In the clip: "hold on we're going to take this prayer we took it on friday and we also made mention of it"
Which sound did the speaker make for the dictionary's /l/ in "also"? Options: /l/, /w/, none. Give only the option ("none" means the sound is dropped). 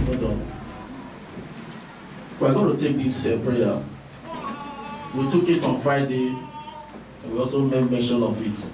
/l/